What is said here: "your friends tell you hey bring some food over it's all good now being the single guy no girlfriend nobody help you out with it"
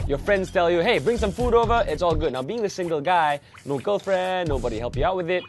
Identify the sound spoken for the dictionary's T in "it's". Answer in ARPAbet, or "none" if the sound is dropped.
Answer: T